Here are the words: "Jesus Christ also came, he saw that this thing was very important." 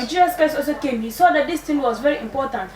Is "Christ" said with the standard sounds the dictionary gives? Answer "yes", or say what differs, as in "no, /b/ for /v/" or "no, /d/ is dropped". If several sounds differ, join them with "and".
no, /ɹ/ is dropped and /t/ is dropped